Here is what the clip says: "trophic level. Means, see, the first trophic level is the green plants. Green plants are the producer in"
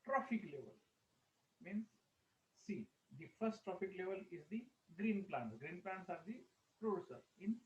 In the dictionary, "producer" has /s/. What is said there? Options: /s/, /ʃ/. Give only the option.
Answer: /s/